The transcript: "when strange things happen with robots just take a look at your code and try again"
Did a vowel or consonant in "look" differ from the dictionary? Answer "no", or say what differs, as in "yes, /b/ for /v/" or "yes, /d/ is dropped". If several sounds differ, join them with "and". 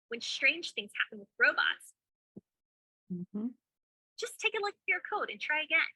yes, /k/ is dropped